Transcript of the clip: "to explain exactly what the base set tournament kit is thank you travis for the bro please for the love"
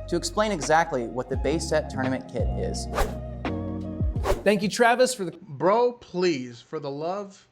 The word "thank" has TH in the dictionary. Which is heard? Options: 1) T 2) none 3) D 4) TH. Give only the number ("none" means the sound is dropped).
4